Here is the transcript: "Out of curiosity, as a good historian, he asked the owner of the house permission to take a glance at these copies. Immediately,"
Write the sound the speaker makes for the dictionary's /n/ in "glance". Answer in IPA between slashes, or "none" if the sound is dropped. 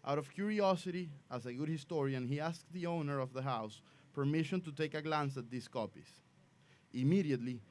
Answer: /n/